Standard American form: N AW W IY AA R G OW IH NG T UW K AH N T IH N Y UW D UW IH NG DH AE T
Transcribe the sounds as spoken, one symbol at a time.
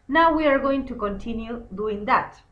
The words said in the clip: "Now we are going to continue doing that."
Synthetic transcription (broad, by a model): N AW W IY AA R G OW IH NG T UW K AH N T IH N Y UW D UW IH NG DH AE T